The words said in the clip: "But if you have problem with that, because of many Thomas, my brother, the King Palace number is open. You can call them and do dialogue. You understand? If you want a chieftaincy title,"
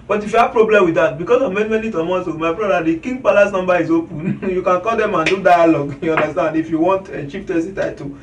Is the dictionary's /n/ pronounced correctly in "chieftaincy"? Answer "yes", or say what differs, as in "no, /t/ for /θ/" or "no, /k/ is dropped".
no, /n/ is dropped